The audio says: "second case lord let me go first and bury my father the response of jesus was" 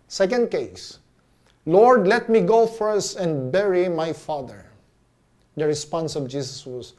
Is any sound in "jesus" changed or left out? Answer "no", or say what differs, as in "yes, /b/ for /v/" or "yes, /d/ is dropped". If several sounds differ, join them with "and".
yes, /s/ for /z/